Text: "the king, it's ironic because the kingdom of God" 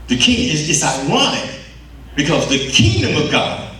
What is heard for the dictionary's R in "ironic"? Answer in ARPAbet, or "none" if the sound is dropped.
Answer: W